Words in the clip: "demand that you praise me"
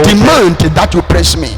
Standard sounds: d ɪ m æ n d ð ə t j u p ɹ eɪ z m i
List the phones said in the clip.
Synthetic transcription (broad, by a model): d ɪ m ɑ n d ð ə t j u p ɹ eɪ s m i